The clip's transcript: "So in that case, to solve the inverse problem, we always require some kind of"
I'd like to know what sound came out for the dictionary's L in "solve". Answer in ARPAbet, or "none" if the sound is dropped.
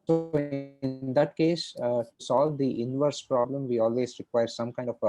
L